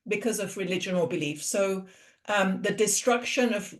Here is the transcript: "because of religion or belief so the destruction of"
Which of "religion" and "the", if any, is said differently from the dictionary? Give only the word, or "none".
none